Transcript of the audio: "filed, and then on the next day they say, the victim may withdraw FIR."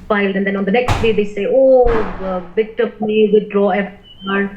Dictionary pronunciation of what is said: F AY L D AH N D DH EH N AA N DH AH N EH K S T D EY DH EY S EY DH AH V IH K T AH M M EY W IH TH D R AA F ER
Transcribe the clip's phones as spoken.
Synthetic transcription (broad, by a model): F AY L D AH N D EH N AA N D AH N EH K S T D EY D EY S EY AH B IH T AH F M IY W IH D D R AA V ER